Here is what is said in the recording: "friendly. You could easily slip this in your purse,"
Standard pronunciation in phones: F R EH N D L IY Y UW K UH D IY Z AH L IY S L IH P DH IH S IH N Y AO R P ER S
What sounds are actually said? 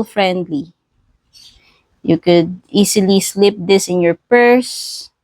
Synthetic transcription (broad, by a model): F R EH N D L IY Y UW K UH D IY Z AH L IY S L IH P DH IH S IH N Y AO R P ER S